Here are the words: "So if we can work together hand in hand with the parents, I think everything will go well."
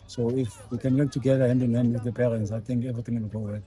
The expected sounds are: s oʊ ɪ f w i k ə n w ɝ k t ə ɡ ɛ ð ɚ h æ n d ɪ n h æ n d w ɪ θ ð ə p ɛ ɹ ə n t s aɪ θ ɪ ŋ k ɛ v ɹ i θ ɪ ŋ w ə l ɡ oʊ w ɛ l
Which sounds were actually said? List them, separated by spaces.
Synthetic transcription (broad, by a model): s oʊ ɪ f w i k ə n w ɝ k t ə ɡ ɛ ð ɚ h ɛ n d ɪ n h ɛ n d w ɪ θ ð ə p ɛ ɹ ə n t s aɪ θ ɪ ŋ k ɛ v ɹ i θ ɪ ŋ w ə n ɡ oʊ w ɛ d